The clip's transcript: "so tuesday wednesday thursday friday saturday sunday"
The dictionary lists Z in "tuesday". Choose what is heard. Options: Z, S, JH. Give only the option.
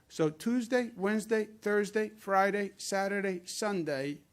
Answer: Z